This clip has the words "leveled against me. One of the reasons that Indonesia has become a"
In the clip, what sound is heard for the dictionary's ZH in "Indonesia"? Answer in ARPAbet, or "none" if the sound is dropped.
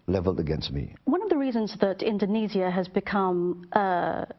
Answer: Z